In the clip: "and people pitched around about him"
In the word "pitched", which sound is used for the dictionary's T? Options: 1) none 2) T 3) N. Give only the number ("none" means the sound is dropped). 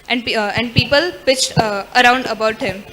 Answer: 2